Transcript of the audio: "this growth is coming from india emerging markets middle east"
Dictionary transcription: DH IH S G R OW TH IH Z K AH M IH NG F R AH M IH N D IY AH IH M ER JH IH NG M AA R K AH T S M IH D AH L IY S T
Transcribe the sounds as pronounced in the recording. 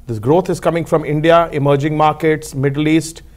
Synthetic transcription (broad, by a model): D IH S G R OW T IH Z K AH M IH NG F R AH M IH N D IY AH IH M ER JH IH NG M AA R K AH T S M IH D AH L IY S T